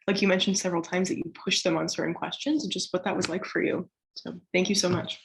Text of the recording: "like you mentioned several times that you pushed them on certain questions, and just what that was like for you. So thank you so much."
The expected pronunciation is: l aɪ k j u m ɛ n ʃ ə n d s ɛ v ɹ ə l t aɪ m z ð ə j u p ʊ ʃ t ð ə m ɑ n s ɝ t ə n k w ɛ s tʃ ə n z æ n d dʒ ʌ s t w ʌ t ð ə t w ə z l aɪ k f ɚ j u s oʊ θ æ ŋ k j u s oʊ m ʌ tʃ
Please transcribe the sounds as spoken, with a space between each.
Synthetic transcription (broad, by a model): l aɪ k j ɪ m ɛ n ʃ n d s ɛ v ɹ l t aɪ m z ð ə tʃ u p ʊ ʃ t ð ə m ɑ n s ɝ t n k w ɛ s tʃ ə n z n dʒ ʌ s t w ʌ t ð ə t w ə z l aɪ k f ɚ j u s oʊ θ æ ŋ k j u s oʊ m ʌ tʃ